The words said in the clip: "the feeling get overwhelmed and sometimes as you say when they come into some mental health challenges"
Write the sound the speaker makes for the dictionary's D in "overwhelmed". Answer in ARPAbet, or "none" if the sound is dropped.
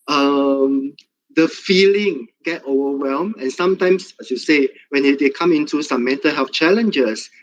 none